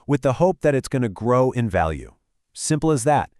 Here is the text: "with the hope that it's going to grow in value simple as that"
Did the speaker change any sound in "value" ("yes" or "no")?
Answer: no